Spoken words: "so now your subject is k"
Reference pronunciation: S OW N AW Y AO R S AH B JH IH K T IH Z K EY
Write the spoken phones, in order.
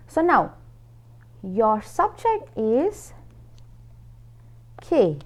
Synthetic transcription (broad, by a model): S OW N AW Y AO R S AH B JH IH K T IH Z K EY